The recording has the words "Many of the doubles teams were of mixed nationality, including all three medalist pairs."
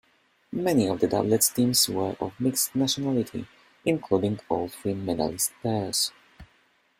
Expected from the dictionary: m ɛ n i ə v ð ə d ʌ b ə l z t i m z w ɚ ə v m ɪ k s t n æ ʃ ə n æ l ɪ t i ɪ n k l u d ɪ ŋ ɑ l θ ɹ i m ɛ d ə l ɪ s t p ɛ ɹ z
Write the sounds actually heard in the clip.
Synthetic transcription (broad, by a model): m ɛ n i ə v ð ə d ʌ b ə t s t i m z w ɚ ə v m ɪ k s t n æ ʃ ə n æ l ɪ t i ɪ n k l u d ɪ ŋ ɑ l f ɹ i m ɛ d ə l ɪ s t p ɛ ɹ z